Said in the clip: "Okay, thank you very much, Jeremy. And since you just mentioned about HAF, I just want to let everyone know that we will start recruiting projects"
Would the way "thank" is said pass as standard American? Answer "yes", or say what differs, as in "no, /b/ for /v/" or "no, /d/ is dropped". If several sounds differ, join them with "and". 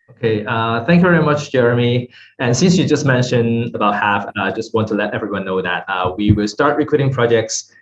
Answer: yes